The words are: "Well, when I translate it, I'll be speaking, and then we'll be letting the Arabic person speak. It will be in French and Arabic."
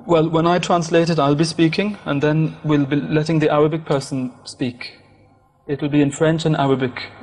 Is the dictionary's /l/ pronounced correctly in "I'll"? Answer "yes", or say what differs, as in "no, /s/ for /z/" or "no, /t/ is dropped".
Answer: yes